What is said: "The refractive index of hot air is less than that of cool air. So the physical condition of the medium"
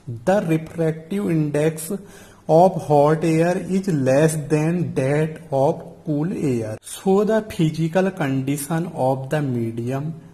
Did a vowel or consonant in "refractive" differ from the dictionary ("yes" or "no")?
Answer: yes